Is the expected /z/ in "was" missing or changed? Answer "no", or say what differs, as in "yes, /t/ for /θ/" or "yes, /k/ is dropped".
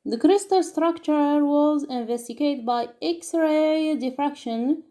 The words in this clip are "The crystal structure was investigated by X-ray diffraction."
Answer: no